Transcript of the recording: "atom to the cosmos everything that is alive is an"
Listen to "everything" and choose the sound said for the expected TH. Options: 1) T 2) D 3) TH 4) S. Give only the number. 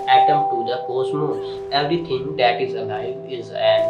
1